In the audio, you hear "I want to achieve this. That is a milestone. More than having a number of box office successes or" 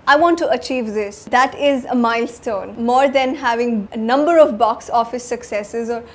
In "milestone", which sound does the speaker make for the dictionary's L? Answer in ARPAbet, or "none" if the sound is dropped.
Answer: L